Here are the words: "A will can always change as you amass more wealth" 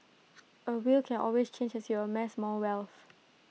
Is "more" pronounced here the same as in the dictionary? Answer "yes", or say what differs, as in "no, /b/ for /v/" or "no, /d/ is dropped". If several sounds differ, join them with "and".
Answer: no, /l/ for /ɹ/